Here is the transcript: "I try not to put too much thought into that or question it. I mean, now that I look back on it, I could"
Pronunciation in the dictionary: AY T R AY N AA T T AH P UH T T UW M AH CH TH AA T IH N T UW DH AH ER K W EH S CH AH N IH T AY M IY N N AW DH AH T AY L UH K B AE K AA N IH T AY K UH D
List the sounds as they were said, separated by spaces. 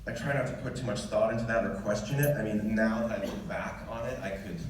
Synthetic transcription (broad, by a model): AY T R AY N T T AH P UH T T UW M AH CH TH AA T IH N T UW DH AH ER K W EH S CH AH N IH T AY M IY N N AW DH AH T AY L B AE K N IH T AY K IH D